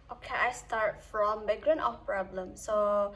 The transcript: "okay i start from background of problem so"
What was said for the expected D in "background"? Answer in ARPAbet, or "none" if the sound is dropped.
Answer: none